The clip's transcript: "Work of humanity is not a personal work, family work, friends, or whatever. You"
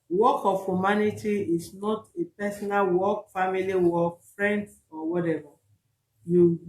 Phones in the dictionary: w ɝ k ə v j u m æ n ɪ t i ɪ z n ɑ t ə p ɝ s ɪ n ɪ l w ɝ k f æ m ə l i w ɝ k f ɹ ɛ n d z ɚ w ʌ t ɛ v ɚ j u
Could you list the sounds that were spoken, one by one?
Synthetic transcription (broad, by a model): w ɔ k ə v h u m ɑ n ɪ t i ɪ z n ɑ t ə p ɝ s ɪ n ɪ l w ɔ k f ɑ m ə l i w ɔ k f ɹ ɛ n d s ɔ w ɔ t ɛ v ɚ j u